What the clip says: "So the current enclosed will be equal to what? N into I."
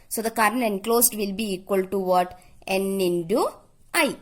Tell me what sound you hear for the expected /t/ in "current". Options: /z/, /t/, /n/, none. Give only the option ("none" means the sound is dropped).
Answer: none